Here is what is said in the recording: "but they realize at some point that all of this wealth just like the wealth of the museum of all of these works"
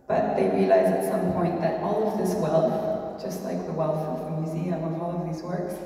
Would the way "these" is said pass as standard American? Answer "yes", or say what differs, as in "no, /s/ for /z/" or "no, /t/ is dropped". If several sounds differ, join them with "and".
yes